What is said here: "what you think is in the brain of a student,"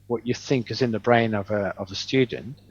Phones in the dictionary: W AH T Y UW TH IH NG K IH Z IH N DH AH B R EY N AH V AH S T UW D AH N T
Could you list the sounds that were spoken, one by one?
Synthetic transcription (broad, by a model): W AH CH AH TH IH NG K IH Z IH N DH AH B R EY N AH V AH S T UW D N T